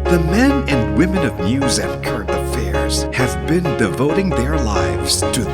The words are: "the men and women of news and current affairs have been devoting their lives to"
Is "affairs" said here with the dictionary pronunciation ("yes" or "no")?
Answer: yes